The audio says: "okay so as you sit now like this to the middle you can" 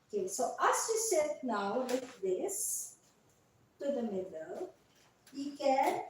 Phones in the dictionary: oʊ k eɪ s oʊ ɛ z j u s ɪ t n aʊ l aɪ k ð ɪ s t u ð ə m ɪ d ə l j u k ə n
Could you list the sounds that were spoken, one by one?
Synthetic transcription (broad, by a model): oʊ k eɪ s oʊ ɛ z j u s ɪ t n aʊ w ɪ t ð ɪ s t u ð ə m ɪ d ə l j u k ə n